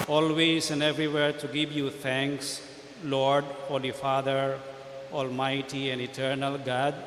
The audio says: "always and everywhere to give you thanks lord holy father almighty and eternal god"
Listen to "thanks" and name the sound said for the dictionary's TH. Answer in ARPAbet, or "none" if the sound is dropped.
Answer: T